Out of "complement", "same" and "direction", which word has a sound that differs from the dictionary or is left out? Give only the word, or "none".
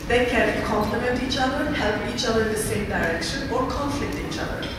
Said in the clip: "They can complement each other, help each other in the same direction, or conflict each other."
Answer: none